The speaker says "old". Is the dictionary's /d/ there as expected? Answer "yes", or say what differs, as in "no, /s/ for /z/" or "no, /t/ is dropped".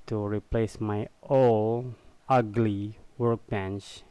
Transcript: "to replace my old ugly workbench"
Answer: no, /d/ is dropped